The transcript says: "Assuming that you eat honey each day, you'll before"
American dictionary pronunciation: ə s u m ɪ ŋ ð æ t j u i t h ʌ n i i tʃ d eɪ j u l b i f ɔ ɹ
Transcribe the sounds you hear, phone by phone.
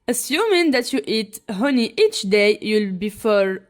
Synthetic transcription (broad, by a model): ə s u m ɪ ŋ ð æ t j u i t h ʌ n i i tʃ d eɪ j u l b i f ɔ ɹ